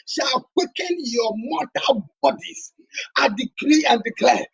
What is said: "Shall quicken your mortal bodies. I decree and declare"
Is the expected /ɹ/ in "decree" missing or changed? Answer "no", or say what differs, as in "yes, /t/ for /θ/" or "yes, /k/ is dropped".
no